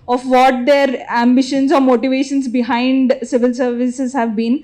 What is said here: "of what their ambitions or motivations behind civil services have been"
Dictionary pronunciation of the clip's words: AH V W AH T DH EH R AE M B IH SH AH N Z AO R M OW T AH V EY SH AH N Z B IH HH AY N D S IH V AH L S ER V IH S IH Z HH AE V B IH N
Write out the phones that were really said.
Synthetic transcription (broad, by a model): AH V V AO T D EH R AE M B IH SH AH N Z AO R M OW T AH V EY SH AH N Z B IH HH AY N D S IH V AH L S ER V IH S IH Z HH AE V B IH N